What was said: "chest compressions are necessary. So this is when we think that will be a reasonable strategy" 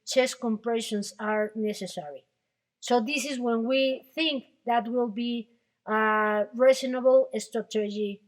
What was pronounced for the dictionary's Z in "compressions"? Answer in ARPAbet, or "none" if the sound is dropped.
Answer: S